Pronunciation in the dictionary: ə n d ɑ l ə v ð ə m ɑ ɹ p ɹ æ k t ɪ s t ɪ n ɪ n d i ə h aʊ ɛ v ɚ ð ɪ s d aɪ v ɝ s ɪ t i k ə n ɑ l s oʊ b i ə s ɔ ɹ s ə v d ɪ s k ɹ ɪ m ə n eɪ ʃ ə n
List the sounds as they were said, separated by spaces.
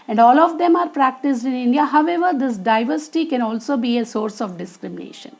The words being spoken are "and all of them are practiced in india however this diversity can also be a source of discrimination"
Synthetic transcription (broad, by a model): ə n d ɑ l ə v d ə m ɑ ɹ p ɹ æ k t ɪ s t ɪ n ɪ n d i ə h aʊ ɛ v ɚ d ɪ s d aɪ v ɝ s ɪ t i k ə n ɑ l s oʊ b i ə s ɔ ɹ s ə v d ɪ s k ɹ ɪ m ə n eɪ ʃ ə n